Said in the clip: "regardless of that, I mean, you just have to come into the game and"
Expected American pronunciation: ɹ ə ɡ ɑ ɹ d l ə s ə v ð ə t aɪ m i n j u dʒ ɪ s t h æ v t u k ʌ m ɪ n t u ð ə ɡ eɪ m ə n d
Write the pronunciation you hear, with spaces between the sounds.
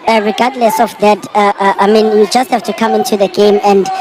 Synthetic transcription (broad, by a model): ɹ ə ɡ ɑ d l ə s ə f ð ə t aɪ m i n j u dʒ ɪ s t h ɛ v t u k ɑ m ɪ n t u ð ə ɡ eɪ m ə n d